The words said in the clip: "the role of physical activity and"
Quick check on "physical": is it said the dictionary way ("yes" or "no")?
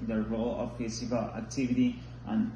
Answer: no